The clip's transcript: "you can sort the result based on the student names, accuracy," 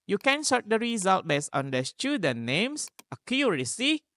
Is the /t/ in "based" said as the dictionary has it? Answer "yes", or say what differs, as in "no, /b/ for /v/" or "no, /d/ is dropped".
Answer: no, /t/ is dropped